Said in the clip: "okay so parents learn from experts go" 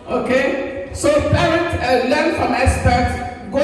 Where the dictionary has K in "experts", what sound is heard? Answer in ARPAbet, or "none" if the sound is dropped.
none